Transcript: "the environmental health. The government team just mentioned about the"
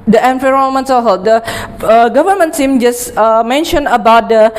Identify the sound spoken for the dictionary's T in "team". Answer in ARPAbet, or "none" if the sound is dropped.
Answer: S